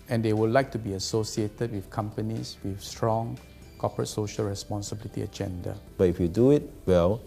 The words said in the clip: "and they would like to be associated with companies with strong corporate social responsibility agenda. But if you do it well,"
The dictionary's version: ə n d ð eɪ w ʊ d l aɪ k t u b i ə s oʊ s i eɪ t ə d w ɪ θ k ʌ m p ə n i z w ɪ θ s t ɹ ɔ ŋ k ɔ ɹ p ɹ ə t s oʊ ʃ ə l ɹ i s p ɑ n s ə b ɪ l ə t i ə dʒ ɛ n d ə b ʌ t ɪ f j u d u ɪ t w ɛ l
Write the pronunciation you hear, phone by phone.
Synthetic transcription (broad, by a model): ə n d eɪ w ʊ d l aɪ k t u b i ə s oʊ s i eɪ t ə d w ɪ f k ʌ m p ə n i s w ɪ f s t ɹ ɔ ŋ k ɔ p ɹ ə t s oʊ ʃ ə l ɹ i s p ɑ n s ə b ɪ l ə t i ə dʒ ɛ n d ə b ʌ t ɪ f j u d u ɪ t w ɛ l